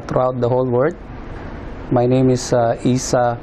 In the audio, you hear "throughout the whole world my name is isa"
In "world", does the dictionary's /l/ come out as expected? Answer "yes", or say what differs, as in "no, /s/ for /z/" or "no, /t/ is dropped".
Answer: no, /l/ is dropped